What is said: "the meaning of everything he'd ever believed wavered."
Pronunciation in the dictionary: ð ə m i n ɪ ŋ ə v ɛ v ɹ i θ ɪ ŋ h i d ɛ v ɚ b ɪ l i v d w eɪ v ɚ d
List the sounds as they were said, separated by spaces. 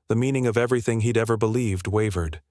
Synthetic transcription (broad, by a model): ð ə m i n ɪ ŋ ə v ɛ v ɹ i θ ɪ ŋ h i d ɛ v ɚ b ɪ l i v d w eɪ v ɚ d